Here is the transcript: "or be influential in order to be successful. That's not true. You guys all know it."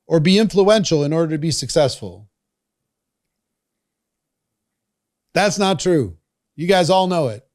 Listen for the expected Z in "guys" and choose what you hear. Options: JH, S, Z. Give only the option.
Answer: Z